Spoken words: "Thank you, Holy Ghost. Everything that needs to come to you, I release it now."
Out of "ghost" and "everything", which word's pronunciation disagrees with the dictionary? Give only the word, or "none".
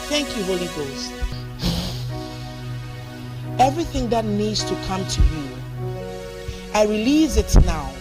none